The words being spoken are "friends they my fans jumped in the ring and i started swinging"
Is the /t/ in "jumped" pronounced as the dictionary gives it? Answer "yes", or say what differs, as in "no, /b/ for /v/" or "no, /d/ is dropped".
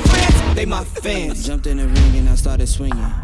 yes